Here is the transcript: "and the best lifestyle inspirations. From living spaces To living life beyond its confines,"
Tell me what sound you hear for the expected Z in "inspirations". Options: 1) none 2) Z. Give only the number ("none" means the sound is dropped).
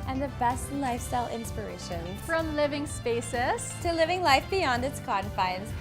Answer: 1